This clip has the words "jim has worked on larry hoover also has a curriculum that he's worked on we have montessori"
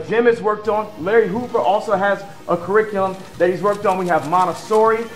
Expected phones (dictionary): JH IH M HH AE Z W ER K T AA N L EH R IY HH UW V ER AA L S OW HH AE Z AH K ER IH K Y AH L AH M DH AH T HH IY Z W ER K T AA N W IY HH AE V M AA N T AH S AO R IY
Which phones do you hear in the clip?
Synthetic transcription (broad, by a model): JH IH M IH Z W ER K T N L EH R IY HH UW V ER AA L S OW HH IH Z AH K ER IH K Y L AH M DH AH T HH IY Z W ER K T N W IY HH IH V M AA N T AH S AO R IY